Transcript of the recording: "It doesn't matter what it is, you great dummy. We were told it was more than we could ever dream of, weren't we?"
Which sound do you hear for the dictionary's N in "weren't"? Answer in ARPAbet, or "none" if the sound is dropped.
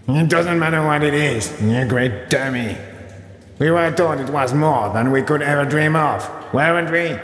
N